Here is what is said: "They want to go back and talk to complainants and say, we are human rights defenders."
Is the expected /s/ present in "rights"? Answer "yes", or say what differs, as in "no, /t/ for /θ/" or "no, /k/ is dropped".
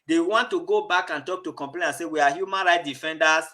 no, /s/ is dropped